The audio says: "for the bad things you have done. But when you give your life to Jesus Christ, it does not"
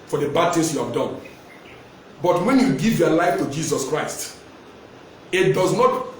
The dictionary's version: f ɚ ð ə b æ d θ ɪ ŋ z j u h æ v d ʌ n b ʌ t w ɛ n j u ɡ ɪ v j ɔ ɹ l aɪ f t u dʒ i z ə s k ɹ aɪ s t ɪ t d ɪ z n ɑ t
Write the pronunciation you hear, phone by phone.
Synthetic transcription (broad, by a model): f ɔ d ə b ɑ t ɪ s j u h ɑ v d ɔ n b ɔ t w ɛ n j u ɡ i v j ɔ l aɪ f t u dʒ i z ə s k ɹ aɪ s t ɪ t d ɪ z n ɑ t